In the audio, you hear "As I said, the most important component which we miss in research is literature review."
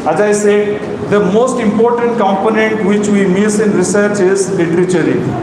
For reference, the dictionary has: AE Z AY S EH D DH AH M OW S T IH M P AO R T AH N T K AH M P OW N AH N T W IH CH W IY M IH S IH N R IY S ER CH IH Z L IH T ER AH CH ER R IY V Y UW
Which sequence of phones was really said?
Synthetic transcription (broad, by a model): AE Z AY S EH D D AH M OW S T IH M P AO R T AH N T K AH M P OW N AH N T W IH CH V IY M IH S IH N R IY S ER CH IH Z L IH T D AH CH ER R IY